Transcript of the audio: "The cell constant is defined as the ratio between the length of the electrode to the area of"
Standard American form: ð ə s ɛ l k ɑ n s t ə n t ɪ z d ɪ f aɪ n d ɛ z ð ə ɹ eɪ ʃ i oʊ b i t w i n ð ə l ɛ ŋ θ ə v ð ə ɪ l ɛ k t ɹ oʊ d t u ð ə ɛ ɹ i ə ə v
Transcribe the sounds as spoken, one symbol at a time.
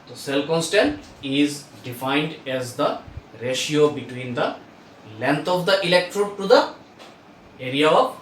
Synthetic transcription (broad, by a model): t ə s ɛ l k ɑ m s t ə n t ɪ z d ɪ f aɪ n d ɛ z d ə ɹ eɪ ʃ i oʊ b i t w i n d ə l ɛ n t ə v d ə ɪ l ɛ k t ɹ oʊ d t u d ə ɛ ɹ i ə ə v